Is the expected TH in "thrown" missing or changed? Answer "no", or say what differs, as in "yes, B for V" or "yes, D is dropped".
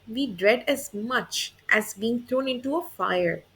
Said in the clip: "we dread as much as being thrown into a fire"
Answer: yes, T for TH